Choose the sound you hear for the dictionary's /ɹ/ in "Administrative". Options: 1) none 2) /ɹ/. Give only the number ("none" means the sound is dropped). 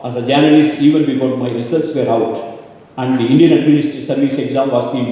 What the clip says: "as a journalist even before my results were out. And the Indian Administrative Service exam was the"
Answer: 1